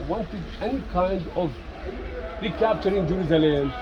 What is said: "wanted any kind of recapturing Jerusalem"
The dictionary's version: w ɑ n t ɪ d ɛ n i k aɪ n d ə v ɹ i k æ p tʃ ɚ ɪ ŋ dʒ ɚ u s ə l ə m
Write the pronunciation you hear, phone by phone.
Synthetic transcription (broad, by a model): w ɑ n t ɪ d ɛ n i k aɪ n d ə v ɹ i k æ p tʃ ɚ ɪ ŋ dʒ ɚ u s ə l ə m